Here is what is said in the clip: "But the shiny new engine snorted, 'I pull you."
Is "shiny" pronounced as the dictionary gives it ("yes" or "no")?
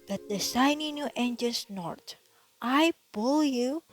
no